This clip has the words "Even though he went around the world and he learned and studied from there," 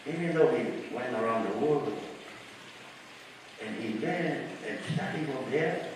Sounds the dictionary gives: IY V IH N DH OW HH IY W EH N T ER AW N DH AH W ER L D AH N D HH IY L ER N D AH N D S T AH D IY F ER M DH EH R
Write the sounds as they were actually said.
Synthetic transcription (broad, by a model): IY V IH N DH OW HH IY W EH N T ER AW N DH AH W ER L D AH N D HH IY W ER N AH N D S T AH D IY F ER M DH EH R